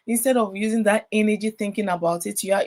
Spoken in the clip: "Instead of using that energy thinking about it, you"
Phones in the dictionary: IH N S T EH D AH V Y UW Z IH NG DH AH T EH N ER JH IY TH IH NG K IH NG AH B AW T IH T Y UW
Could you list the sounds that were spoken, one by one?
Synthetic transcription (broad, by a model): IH N S T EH D AH V Y UW Z IH NG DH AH T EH N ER JH IY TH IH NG K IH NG AH B AW T IH T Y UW